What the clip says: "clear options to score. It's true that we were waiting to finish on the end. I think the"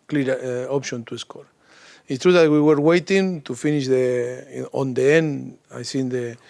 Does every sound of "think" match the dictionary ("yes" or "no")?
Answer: no